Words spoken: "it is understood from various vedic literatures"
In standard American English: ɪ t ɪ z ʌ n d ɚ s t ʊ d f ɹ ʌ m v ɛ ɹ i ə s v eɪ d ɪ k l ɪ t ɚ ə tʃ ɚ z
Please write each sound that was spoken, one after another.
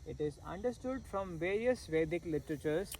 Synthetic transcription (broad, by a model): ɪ t ɪ z ʌ n d ɚ s t ʊ d f ɹ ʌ m v ɛ ɹ i ə s v eɪ d ɪ k l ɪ t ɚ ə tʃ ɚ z